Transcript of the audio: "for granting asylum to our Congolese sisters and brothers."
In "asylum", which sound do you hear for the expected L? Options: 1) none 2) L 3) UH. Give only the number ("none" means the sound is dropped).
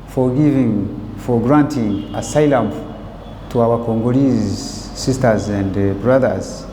2